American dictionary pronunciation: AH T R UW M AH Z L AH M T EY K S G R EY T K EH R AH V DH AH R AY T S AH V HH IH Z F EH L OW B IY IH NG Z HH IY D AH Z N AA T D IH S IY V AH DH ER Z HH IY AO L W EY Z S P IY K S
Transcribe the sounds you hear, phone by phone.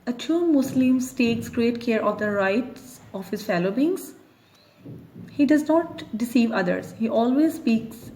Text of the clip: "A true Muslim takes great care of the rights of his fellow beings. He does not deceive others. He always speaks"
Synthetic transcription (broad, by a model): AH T UW M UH S L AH M T EY K S G R EY T K EH R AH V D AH R AY T S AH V HH IH Z F EH L OW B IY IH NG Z HH IY D AH Z N AA T D IH S IY V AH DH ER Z HH IY AO L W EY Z S P IY K S